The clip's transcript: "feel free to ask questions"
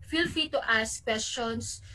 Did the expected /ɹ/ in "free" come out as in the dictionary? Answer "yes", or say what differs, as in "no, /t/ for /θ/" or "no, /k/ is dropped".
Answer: no, /ɹ/ is dropped